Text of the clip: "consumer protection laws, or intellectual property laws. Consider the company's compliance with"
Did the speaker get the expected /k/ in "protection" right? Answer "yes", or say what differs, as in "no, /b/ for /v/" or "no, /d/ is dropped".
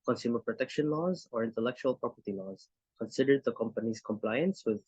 yes